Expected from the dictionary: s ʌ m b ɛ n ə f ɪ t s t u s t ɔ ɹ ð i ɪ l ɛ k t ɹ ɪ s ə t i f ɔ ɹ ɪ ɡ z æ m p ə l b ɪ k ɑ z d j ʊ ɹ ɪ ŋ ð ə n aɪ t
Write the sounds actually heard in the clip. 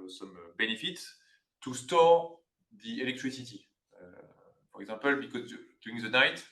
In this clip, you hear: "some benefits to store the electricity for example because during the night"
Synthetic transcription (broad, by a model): s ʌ m b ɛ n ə f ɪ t t u s t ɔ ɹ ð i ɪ l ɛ k t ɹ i s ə t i f ɔ ɹ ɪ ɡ z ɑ p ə l b ɪ k ɑ z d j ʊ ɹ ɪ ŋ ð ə n aɪ t